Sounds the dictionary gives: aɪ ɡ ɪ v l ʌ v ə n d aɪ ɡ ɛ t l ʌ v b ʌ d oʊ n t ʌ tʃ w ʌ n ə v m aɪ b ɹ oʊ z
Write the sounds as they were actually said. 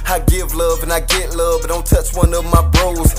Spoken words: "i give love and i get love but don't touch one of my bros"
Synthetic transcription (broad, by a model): aɪ ɡ ɪ v l ʌ v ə n aɪ ɡ ɛ t l ʌ v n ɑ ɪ l t ʌ tʃ w ʌ n ə v m aɪ b ɹ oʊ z